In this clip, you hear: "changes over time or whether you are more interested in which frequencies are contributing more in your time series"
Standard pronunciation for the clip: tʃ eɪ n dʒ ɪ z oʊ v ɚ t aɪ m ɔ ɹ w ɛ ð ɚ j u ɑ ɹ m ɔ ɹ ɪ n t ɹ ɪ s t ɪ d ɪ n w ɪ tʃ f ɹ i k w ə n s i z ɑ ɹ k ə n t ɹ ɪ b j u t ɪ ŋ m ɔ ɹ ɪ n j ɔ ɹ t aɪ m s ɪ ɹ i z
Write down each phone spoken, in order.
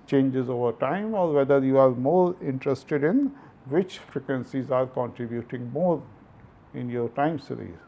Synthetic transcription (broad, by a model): tʃ eɪ n dʒ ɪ z oʊ v ɚ t aɪ m ɔ ɹ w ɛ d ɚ j u ɑ ɹ m ɔ ɹ ɪ n t ɹ ɪ s t ɪ d ɪ n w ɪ tʃ f ɹ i k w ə n s i z ɑ ɹ k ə n t ɹ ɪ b j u t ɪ ŋ m ɔ ɹ ɪ n j ɔ ɹ t aɪ m s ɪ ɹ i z